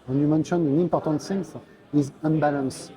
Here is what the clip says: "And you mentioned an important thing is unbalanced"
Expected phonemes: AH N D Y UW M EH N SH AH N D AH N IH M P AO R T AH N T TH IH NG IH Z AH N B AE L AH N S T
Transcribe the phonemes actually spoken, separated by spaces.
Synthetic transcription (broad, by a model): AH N Y UW M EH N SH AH N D AH N IH M P AO R T AH N T S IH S IH Z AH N B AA L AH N S